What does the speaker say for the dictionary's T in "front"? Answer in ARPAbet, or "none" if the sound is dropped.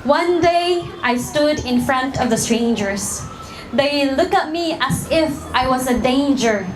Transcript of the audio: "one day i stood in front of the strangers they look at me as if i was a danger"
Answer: T